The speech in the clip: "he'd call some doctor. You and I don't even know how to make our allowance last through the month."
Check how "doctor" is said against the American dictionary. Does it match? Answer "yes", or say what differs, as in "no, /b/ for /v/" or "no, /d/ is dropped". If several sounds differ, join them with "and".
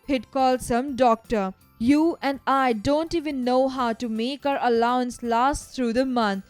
yes